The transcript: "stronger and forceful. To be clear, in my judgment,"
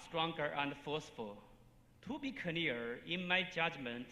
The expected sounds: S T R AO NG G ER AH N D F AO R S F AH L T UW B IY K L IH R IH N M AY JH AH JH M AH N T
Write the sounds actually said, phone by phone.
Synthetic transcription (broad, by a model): S T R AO NG G ER AH N D F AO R S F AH L T UW B IY K N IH R IH N M AY JH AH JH M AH N T